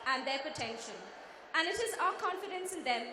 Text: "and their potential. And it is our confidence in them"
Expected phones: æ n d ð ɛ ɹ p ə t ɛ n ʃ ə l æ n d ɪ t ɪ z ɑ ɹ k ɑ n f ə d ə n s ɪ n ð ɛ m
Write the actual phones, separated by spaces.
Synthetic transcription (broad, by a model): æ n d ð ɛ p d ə t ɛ n ʃ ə n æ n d ɪ t ɪ z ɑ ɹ k ɑ n f ə d ə n s ɪ n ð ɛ m